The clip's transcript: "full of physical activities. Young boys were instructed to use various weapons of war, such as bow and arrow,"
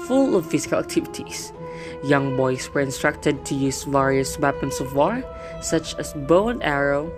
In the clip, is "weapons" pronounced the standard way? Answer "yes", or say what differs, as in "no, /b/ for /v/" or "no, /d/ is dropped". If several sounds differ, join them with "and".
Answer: no, /s/ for /z/